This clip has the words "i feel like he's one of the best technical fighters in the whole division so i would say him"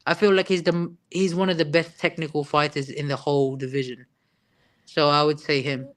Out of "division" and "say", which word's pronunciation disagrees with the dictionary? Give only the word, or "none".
none